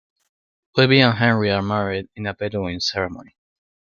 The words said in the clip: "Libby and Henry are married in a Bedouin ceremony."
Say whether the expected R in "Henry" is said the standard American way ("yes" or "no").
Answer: yes